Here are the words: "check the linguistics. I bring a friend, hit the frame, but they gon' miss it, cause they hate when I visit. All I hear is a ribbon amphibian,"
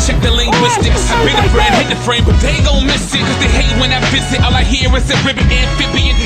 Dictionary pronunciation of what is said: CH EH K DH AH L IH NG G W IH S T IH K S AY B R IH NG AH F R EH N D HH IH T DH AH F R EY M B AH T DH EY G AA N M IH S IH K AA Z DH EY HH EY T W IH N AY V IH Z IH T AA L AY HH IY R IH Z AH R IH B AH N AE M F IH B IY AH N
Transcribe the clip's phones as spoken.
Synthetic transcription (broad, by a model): CH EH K DH AH L IH NG G W IH S T IH K S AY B IH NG AH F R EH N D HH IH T DH AH F R EY M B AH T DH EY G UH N M IH S IH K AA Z DH EY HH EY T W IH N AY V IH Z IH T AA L AY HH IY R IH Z AH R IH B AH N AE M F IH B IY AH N